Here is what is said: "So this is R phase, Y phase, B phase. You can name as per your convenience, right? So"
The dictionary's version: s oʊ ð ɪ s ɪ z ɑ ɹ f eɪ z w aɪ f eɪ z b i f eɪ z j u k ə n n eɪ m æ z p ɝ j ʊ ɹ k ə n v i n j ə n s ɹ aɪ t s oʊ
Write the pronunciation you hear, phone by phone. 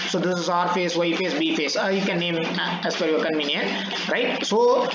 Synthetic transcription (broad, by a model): s oʊ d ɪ s ɪ z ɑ ɹ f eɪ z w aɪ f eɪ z b i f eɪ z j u k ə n n eɪ m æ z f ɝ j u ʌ k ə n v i n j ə n ɹ aɪ t s oʊ